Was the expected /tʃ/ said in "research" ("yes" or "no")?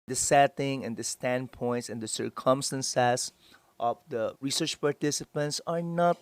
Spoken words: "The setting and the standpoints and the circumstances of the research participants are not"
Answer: yes